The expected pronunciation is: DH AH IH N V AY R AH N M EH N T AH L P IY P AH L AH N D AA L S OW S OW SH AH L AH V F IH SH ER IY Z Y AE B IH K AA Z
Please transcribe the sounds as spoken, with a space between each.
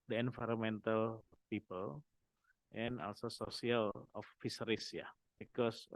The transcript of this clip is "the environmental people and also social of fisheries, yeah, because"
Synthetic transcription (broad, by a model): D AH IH N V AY R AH M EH N T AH L P IY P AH L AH N AA L S OW S OW S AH L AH F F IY S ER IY S Y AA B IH K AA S